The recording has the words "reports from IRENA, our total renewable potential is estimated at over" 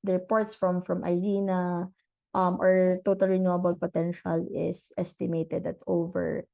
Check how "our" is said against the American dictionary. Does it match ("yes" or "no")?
yes